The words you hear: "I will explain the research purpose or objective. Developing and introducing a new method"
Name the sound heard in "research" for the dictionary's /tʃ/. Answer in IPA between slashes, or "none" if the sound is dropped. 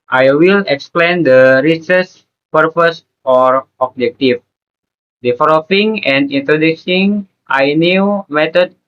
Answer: /s/